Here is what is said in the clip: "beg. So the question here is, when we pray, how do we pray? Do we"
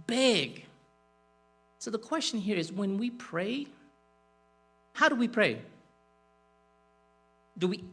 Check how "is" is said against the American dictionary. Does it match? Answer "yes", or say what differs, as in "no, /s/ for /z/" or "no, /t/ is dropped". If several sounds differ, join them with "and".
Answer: yes